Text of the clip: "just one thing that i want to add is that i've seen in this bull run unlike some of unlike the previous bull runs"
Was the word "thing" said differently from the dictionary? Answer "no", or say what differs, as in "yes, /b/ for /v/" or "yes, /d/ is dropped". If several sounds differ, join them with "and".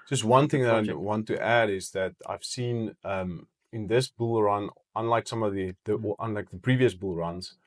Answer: no